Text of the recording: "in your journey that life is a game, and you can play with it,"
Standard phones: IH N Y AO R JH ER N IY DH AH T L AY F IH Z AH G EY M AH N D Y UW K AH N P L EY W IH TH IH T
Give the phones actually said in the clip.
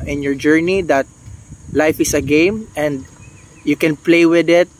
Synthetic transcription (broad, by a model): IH N Y AO R JH ER N IY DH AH T L AY F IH S AH G EY M AH N D Y UW K AH N P L EY W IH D IH T